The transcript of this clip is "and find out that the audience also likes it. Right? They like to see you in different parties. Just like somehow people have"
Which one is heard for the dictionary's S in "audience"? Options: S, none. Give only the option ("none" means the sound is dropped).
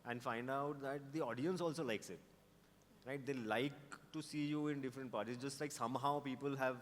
S